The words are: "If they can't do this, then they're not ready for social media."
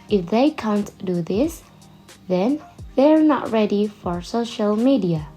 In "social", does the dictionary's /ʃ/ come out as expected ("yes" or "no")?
yes